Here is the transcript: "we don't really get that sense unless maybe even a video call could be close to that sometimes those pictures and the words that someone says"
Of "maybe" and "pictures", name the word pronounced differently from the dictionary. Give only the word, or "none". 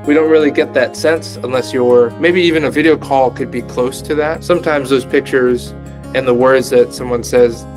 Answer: none